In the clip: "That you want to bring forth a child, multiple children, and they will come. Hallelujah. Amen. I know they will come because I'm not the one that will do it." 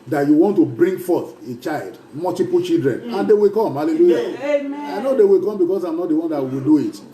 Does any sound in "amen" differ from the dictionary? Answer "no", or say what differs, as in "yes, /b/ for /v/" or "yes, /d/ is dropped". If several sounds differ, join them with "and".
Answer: yes, /m/ is dropped